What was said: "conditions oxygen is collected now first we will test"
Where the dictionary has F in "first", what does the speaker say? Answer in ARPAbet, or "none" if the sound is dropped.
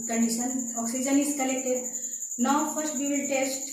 P